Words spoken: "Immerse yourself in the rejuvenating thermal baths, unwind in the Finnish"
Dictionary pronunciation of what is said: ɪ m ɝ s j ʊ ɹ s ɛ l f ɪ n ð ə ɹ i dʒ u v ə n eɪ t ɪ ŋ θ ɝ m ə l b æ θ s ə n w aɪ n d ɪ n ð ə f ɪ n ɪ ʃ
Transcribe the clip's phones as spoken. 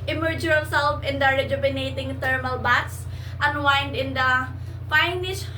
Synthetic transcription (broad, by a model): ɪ m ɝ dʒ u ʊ l s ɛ l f ɪ n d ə ɹ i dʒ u b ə n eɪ t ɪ ŋ t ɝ m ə l b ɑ t s ə n w aɪ n d ɪ n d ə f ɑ n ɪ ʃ